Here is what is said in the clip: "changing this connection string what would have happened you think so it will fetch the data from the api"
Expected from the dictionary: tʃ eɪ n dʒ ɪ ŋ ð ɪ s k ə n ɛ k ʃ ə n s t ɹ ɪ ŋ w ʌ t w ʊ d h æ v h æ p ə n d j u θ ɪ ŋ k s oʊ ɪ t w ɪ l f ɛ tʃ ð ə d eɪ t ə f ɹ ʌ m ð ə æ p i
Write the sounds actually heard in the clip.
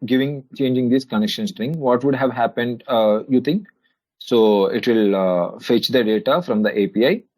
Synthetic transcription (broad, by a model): tʃ eɪ n dʒ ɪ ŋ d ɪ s k ə n ɛ k ʃ ə n s t ɹ ɪ ŋ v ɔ t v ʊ d h æ v h æ p ə n d j u t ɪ ŋ k s oʊ ɪ t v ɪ l f ɛ tʃ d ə d eɪ t ə f ɹ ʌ m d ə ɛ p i